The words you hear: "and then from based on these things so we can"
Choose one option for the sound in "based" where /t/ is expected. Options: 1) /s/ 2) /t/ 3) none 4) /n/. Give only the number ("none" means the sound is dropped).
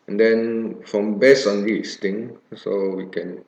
3